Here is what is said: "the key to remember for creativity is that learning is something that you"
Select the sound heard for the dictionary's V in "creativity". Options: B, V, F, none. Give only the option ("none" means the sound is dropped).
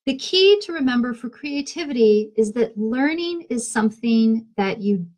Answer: V